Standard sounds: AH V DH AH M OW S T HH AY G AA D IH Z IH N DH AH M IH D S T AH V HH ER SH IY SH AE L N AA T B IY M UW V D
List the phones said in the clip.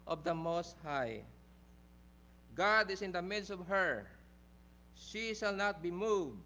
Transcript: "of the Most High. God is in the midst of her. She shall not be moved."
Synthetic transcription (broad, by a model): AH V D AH M OW S T HH AY G AA D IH S IH N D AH M IH D S T AH V HH ER SH IY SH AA L N AA T B IY M UW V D